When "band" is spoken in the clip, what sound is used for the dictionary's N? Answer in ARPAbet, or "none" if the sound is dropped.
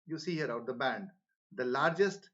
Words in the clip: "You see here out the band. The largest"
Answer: N